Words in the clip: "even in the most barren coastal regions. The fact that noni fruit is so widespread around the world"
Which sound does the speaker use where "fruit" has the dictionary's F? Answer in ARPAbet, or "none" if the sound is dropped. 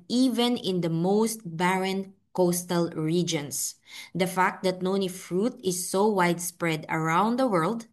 F